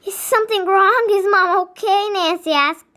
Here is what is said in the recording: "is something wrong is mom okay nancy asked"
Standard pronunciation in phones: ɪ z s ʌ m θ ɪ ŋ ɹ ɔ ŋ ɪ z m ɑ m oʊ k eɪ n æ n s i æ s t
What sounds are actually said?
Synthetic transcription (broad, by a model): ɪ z s ʌ m θ ɪ ŋ ɹ ɔ ŋ ɪ z m ɑ m oʊ k eɪ n æ n s i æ s